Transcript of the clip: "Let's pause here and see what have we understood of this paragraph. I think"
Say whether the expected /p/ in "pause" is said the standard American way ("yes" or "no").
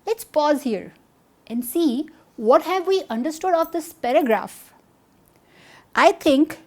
yes